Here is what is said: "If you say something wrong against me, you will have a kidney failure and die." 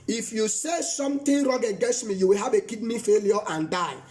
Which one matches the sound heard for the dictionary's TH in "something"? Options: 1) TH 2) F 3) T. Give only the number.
3